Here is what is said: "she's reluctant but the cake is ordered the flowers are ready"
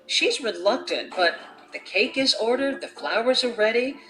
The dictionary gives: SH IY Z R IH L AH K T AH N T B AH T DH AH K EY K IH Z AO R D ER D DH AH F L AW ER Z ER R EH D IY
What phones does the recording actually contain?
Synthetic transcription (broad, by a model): SH IY Z R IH L AH K T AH N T B AH T DH AH K EY K IH Z AO R D ER D DH AH F L AW ER Z ER R EH D IY